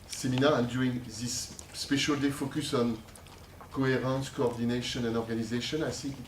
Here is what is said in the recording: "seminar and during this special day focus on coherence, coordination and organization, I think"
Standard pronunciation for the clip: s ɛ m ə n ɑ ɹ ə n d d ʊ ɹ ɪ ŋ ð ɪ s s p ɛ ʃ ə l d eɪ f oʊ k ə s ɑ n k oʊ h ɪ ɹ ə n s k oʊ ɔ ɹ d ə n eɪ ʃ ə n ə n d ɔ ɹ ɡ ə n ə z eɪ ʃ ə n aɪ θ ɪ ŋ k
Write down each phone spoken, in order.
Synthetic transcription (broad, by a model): s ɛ m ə n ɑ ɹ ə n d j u ɪ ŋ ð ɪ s s p ɛ ʃ ə l d eɪ f oʊ k ə s ɑ n k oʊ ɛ ɹ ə n s k oʊ ɔ ɹ d ə n eɪ ʃ ə n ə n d ɔ ɹ ɡ ə n ə z eɪ ʃ ə n aɪ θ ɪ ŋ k